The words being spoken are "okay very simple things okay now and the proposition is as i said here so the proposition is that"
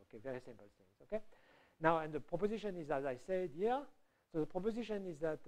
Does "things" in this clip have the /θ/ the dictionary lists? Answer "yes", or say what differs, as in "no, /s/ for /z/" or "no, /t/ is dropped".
no, /s/ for /θ/